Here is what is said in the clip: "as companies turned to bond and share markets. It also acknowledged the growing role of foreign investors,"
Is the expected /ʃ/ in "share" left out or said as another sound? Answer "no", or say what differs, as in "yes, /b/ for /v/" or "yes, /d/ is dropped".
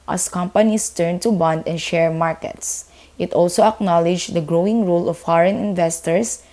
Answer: no